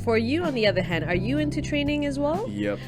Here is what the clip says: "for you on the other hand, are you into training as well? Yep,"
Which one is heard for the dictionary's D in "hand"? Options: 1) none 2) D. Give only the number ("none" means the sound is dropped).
2